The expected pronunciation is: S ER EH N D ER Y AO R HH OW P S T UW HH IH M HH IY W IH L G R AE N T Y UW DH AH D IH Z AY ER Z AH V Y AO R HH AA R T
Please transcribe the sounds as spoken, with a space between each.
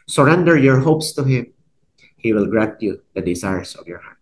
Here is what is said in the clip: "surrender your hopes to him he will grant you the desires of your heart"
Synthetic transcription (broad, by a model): S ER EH N D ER Y AO R HH OW P S T UW HH IH M HH IY W IH L G R AE N T Y UW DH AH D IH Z AY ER S AH V Y AO R HH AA R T